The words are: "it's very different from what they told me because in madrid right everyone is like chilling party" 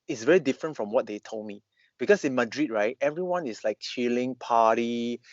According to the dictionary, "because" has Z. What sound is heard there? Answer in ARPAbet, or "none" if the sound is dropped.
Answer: S